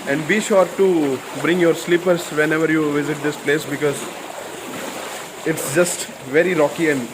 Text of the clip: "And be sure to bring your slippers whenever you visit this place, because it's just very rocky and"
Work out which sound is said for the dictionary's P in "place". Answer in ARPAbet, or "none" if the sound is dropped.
P